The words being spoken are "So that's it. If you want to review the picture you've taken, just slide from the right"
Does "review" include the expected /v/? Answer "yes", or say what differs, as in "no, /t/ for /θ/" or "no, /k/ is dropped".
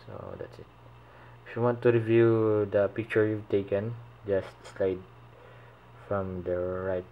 yes